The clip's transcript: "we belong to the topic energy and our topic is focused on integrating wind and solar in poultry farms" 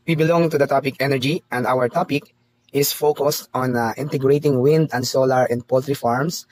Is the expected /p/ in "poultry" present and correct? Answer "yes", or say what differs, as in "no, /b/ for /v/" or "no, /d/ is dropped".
yes